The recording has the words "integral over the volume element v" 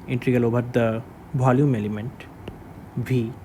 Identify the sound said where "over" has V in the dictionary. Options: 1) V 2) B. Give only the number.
2